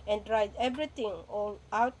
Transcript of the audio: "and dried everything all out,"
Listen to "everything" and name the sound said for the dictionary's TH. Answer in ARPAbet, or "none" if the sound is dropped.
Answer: T